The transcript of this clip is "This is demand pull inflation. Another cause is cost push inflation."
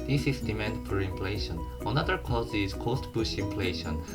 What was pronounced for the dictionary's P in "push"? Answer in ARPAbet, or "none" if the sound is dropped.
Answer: B